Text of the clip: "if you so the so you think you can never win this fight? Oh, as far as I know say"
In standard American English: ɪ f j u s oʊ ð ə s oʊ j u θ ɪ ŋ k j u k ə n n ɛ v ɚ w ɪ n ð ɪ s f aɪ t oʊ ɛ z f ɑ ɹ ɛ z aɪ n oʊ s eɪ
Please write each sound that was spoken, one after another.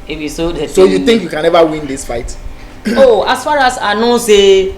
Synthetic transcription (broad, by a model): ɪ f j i s oʊ s oʊ j u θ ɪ ŋ k j u k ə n n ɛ v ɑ w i n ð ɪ s f aɪ t oʊ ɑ s f ɑ ɹ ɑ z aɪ n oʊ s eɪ